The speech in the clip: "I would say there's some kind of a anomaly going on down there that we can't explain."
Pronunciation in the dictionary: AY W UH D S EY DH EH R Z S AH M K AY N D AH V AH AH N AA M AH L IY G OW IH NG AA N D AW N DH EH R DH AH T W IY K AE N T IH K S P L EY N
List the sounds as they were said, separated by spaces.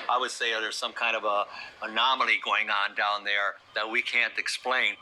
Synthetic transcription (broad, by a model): AY W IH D S EY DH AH R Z S AH M K AY N D AH V AH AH N AA M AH L IY G OW IH NG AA N D AW N DH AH R DH AH T W IY K AE N T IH K S P L EY N